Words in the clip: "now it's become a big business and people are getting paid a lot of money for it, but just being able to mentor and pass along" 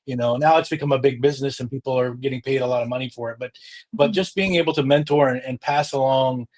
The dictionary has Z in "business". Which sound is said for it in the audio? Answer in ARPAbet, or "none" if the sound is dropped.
Z